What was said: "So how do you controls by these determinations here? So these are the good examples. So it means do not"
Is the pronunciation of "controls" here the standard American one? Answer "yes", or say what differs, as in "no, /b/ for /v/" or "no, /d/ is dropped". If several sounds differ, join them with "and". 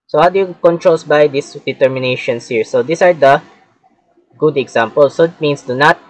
no, /s/ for /z/